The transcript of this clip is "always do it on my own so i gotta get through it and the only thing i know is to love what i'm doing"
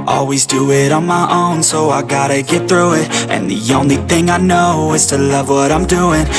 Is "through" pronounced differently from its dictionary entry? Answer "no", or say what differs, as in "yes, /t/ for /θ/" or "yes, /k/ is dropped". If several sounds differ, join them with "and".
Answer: no